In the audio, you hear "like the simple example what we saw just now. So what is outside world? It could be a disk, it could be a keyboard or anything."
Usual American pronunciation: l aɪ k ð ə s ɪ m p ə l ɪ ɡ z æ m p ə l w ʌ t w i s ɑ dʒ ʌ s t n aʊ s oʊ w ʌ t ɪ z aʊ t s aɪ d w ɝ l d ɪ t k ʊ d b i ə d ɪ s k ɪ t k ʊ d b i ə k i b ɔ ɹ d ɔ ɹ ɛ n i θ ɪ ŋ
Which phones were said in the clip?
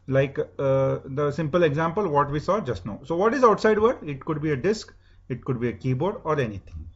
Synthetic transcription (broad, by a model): l aɪ k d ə s ɪ m p ə l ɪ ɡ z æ m p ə l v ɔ t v i s ɑ dʒ ʌ s t n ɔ s oʊ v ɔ t ɪ z aʊ t s aɪ d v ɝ d ɪ t k ʊ d b i ə d ɪ s k ɪ t k ʊ d b i ə k i b ɔ ɹ d ɔ ɹ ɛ n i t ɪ ŋ